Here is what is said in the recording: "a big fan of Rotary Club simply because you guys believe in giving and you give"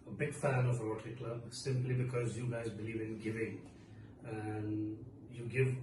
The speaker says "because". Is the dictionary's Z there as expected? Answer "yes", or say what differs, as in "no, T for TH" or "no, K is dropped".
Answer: yes